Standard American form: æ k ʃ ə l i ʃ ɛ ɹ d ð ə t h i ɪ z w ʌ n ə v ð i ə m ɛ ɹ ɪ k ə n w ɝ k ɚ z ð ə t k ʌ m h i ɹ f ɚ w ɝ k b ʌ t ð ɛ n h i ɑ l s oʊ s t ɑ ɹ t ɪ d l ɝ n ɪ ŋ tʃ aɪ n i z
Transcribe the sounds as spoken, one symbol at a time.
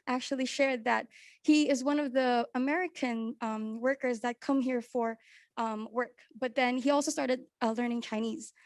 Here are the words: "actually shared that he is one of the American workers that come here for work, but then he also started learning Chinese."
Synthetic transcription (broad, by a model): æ k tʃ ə l i ʃ ɛ ɹ d ð ə t h i ɪ z w ʌ n ə v ð i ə m ɛ ɹ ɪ k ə n w ɝ k ɚ z ð ə t k ʌ m h i ɹ f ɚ w ɝ k b ʌ t ð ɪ n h i ɑ l s oʊ s t ɑ ɹ t ɪ d l ɝ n ɪ ŋ tʃ aɪ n i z